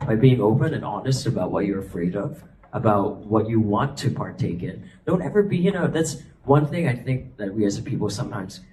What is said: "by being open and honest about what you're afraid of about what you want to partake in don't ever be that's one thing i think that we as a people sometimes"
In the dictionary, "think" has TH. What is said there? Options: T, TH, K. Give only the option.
TH